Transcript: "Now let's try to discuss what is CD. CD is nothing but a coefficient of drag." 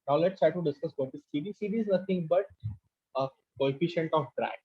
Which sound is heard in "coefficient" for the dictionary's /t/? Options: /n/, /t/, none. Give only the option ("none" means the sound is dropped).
/t/